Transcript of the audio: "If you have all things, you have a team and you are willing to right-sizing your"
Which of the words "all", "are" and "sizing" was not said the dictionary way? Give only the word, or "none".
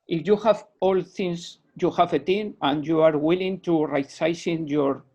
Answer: sizing